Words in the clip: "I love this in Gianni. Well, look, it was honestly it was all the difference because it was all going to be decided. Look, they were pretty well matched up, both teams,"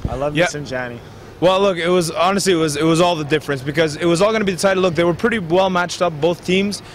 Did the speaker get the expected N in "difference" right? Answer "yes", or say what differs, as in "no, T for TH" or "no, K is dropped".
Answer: yes